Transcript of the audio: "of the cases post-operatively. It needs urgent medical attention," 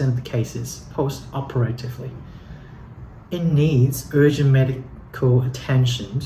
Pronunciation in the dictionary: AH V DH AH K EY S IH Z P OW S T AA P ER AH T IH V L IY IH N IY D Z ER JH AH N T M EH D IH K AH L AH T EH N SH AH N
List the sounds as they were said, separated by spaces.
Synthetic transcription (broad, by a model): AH V DH AH K EY S IH Z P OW S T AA P ER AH T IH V L IY IH N IY D Z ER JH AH N M EH D IH K AH L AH T EH N SH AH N